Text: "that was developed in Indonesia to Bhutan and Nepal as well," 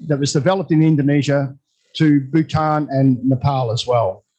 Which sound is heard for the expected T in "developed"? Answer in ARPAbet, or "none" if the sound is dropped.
T